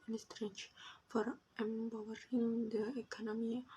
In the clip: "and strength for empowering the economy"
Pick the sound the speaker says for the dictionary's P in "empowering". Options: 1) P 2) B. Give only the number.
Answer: 2